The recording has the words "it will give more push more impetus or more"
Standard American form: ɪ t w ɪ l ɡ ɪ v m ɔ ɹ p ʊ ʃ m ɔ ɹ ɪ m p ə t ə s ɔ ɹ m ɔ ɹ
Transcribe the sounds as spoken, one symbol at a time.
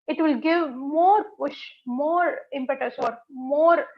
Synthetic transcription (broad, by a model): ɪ t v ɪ l ɡ ɪ v m ɔ ɹ p ʊ ʃ m ɔ ɹ ɪ m p ə t ə s ɔ ɹ m ɔ ɹ